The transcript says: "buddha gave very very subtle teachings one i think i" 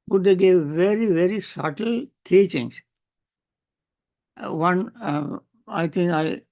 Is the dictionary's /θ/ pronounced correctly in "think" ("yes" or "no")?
no